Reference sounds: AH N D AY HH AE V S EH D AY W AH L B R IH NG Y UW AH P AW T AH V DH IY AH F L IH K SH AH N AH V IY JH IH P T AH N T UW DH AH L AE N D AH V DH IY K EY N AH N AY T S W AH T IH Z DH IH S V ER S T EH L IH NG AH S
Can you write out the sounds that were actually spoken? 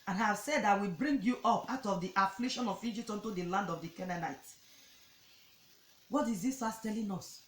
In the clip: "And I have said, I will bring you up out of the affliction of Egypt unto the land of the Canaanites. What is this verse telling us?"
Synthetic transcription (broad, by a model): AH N AY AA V S EH D AY W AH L B R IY NG Y UW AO P AW T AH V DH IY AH F L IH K SH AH N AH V IY JH IH P T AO N T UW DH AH L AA N D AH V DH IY K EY N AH N AY T W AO T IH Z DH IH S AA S T EH L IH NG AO S